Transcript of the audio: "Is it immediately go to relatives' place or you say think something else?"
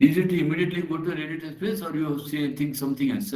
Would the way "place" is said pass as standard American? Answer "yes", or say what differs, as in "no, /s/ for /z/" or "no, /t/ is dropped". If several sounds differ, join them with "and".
no, /l/ is dropped